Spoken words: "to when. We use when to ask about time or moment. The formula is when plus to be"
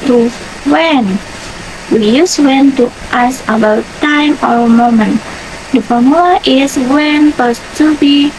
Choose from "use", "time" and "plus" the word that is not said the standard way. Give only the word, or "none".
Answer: plus